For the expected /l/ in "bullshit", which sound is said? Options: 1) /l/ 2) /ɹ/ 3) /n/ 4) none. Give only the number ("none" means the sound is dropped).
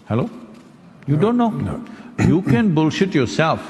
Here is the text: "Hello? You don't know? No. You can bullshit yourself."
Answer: 1